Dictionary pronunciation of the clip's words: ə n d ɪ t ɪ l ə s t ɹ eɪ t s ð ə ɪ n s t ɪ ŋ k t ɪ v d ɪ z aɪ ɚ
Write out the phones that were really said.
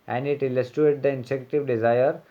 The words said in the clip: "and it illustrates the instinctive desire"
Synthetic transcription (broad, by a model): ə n d ɪ t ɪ l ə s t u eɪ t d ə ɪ n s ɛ k t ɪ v d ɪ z aɪ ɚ